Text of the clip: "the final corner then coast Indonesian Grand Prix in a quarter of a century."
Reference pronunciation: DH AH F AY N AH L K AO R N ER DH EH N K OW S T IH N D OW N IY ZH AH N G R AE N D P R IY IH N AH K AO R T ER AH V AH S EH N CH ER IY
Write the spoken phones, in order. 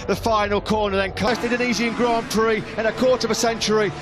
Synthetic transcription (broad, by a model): DH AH F AY N AH L K AO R N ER DH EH N K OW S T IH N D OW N IY Z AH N G R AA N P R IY IH N AH K AO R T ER AH V AH S EH N CH ER IY